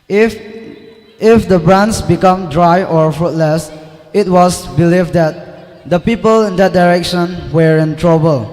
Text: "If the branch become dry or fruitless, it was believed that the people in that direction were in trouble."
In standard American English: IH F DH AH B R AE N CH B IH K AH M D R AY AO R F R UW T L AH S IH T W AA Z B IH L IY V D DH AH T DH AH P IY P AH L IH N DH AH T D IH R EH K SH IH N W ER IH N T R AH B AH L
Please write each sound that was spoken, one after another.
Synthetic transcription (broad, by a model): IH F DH AH B R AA N S B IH K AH M D R AY AO R F R UW T L AH S IH T W AA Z B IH L IY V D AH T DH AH P IY P AH L IH N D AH T D IH R EH K SH IH N W ER IH N T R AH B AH L